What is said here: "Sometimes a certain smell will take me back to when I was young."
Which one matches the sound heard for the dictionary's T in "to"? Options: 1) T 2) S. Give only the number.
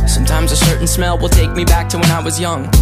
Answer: 1